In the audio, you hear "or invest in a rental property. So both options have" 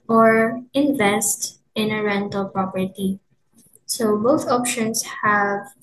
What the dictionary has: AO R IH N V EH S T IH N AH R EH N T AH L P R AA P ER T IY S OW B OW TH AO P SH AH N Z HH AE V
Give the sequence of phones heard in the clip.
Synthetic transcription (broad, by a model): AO R IH N V EH S T IH N AH R EH N T AH L P R AA P ER T IY S OW B OW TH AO P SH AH N S HH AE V